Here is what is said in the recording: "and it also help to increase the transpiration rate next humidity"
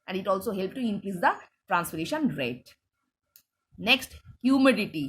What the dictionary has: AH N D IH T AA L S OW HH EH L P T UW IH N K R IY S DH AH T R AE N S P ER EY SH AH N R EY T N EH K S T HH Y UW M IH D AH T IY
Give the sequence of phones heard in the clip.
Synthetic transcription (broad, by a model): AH N D IH T AA L S OW HH EH L P T UW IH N K R IY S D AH T R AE N S F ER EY SH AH N R EY T N EH K S T HH Y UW M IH D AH T IY